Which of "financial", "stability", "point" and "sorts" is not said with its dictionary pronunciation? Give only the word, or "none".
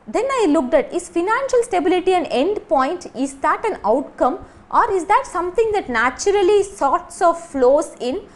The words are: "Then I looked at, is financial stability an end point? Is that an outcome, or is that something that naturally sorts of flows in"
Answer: none